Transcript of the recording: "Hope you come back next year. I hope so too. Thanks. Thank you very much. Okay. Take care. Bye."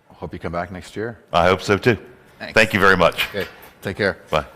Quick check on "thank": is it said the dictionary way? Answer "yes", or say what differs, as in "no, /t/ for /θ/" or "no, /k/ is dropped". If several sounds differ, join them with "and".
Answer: yes